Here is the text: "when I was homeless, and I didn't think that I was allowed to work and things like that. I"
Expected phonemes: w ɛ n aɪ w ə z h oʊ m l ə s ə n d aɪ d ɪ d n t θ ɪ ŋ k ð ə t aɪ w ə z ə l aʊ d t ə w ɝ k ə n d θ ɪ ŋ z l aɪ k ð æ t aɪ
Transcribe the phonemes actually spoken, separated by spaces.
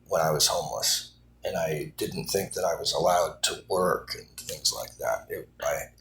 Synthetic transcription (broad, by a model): w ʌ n aɪ w ə z h oʊ m l ə s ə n aɪ d ɪ d n t θ ɪ ŋ k ð ə t aɪ w ə z ə l aʊ d t ə w ɝ k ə n θ ɪ ŋ z l aɪ k ð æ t aɪ